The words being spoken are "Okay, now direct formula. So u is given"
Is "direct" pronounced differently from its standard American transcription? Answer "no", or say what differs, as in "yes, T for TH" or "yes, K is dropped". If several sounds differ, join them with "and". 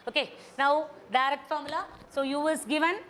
yes, K is dropped